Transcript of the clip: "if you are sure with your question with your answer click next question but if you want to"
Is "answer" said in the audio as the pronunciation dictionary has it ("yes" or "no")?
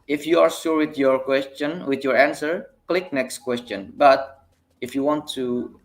yes